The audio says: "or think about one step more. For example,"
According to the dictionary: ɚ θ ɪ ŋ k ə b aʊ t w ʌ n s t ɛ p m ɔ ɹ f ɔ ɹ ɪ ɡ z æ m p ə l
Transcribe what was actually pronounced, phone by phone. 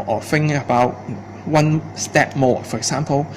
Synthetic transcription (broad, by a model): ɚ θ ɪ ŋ ə b aʊ t w ʌ n s t ɛ p m ɔ f ɔ ɹ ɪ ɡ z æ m p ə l